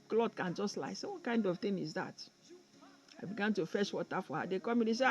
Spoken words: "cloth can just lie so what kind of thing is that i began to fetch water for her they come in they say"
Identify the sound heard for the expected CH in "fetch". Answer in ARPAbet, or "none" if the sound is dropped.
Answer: SH